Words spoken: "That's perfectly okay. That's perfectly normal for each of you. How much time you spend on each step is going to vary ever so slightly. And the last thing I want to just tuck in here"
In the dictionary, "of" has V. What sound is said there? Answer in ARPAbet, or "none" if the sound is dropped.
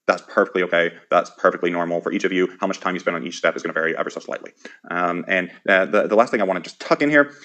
V